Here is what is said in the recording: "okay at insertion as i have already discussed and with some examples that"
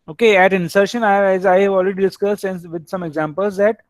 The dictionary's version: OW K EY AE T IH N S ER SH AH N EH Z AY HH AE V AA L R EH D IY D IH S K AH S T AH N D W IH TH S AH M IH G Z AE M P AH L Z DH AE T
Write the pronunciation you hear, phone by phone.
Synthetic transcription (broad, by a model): OW K EY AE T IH N S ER SH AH N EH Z AY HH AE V AA L R EH D IY D IH S K AH S T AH N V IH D S AH M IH G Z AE M P AH L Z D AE T